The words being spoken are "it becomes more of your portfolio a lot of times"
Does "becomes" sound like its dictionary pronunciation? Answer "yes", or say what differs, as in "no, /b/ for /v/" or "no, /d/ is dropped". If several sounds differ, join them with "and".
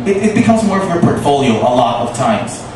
yes